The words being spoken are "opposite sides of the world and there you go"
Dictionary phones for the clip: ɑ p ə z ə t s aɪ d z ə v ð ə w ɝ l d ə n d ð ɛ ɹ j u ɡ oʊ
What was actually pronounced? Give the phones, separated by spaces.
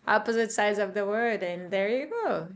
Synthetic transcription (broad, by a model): ɑ p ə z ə t s aɪ d z ə v ð ə w ɝ d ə n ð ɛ ɹ j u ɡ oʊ